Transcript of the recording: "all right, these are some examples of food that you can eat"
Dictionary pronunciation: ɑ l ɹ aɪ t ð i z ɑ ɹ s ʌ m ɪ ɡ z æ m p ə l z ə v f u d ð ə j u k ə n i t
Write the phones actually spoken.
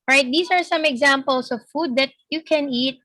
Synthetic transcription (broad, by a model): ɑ ɹ aɪ t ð i s ɑ ɹ s ʌ m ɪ ɡ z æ m p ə l s ə v f u d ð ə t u k ə n i t